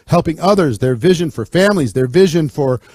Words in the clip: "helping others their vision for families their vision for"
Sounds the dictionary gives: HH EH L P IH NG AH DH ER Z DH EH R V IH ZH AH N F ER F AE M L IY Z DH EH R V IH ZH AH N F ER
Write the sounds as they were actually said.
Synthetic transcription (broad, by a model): HH EH L P IH NG AH DH ER Z DH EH R V IH ZH AH N F ER F AE M L IY Z DH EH R V IH ZH AH N F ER